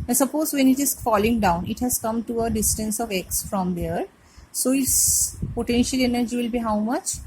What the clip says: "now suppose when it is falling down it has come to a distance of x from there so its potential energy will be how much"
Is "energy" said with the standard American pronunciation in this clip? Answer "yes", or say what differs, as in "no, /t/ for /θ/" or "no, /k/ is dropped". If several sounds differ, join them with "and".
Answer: yes